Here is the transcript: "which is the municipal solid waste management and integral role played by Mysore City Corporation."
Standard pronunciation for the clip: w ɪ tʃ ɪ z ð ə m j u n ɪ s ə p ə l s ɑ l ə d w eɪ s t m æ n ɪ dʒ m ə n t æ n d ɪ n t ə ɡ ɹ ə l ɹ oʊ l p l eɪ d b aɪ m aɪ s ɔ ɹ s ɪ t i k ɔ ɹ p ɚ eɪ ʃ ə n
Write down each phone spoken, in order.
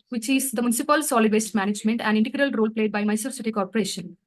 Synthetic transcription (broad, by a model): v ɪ tʃ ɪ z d ə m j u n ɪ s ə p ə l s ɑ l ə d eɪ s t m æ n ɪ dʒ m ə n t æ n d ɪ n t ə ɡ ɹ ə l ɹ oʊ l p l eɪ d b aɪ m aɪ s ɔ s ɪ t i k ɔ ɹ p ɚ eɪ ʃ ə n